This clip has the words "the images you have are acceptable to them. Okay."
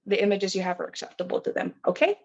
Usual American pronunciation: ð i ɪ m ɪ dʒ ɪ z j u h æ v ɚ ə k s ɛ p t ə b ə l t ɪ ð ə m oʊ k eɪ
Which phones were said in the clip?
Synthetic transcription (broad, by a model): ð i ɪ m ɪ dʒ ɪ z j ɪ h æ v ɚ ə k s ɛ p t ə b l t ɪ ð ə m oʊ k eɪ